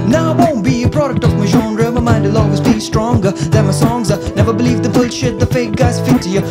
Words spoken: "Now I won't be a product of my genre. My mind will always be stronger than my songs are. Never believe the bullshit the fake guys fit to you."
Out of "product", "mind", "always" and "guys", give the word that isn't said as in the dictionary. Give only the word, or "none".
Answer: always